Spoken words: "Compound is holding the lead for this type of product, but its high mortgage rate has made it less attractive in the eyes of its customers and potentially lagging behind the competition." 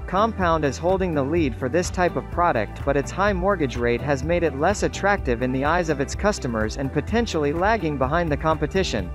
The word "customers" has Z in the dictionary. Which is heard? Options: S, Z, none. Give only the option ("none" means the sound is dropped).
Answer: Z